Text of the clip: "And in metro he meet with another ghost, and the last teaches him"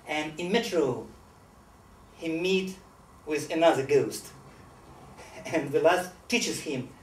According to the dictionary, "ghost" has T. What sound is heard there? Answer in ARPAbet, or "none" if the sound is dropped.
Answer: T